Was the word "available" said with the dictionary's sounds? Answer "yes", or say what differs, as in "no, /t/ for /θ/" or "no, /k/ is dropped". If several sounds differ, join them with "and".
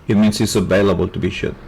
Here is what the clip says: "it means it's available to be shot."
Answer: yes